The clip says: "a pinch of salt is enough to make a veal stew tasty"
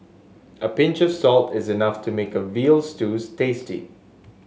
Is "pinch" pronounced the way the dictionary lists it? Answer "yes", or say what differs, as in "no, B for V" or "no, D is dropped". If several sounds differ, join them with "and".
yes